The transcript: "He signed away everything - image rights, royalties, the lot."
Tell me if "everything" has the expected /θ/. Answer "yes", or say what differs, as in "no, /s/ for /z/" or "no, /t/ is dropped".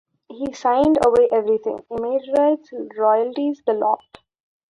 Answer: no, /t/ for /θ/